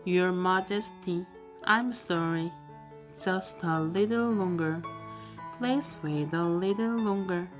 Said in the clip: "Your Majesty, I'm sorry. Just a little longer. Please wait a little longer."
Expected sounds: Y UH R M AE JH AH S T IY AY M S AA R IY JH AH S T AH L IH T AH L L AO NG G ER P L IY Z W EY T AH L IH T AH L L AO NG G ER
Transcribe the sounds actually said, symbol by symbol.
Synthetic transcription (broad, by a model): Y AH R M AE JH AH S T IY AY M S AA R IY JH AH S T AH L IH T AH L L AO NG G ER P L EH S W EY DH AH L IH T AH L L AO NG G ER